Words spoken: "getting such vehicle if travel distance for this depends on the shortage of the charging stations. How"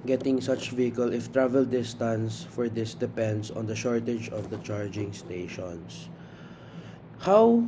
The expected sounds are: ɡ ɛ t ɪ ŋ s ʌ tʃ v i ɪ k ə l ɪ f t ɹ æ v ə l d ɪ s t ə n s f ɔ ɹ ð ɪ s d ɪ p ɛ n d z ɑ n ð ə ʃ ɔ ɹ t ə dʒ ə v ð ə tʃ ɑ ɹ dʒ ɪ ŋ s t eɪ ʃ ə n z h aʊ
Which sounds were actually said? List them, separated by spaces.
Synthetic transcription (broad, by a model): ɡ ɛ t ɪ ŋ s ʌ tʃ v i ɪ k ə l ɪ f t ɹ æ v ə l d ɪ s t ə n s f ɔ ɹ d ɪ s d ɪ p ɛ n d s ɑ n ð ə ʃ ɔ ɹ t ə dʒ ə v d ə tʃ ɑ ɹ dʒ ɪ ŋ s t eɪ ʃ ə n s h aʊ